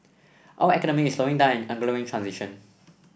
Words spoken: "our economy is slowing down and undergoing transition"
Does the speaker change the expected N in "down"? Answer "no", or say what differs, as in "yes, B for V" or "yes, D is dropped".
yes, N is dropped